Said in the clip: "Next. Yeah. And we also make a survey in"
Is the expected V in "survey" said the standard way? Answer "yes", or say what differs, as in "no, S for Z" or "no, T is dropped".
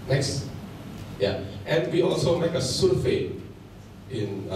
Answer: no, F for V